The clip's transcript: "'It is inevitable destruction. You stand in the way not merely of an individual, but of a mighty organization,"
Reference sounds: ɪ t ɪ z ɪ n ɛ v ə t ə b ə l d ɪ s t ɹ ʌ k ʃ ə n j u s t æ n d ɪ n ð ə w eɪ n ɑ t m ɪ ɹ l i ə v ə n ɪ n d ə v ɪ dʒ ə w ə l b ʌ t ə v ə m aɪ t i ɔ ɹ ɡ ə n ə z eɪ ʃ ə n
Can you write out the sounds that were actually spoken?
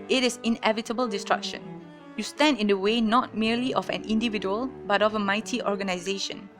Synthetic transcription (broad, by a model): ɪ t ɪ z ɪ n ɛ v ə t ə b ə l d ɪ s t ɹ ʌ k ʃ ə n j u s t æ n d ɪ n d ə w eɪ n ɑ t m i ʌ l i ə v ə n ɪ n d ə v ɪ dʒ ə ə l b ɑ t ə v ə m aɪ t i ɔ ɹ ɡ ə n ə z eɪ ʃ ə n